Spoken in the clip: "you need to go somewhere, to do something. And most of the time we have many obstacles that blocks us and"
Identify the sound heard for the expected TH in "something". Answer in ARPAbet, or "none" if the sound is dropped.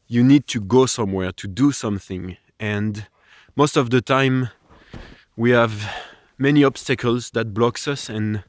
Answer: TH